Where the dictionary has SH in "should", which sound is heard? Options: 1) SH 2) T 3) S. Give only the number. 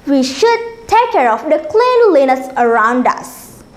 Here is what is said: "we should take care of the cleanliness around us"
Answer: 1